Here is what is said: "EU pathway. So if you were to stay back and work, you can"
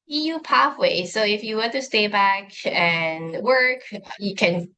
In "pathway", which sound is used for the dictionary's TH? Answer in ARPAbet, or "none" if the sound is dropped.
F